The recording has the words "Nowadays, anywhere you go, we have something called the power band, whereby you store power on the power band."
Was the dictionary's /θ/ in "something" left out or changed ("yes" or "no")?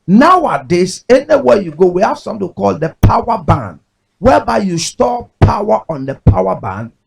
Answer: yes